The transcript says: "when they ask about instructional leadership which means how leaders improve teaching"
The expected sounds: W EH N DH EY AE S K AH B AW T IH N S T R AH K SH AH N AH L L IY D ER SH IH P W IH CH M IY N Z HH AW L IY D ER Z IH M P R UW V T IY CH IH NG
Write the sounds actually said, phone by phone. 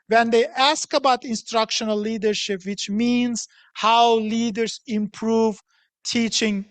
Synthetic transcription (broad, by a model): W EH N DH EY AE S K AH B AW T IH N S T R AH K SH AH N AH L L IY D ER SH IH P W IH CH M IY N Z HH AW L IY D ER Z IH M P R UW V T IY CH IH NG